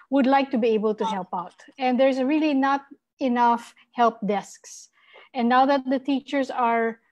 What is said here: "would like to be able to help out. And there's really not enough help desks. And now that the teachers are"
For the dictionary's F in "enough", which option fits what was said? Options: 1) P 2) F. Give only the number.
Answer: 2